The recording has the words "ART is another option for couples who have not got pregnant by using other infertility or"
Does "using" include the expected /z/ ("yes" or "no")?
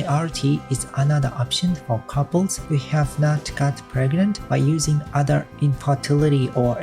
yes